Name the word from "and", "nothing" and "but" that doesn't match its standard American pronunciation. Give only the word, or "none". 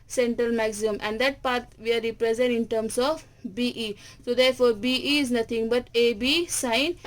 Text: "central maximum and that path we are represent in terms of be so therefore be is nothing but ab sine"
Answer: nothing